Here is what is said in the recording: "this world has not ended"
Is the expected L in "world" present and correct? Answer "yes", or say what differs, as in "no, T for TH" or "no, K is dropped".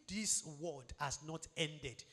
no, L is dropped